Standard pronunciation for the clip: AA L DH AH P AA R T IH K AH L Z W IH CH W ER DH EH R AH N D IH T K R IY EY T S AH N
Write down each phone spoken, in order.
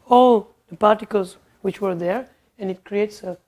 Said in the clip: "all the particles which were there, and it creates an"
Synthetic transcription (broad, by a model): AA L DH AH P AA R T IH K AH L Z W IH CH W ER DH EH R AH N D IH T K R IY EY T S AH